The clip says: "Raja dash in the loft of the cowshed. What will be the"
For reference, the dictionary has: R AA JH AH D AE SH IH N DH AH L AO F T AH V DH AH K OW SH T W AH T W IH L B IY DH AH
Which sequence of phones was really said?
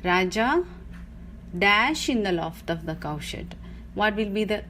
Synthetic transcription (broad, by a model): R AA JH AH D AE SH IH N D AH L AO F T AH V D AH K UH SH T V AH T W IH L B IY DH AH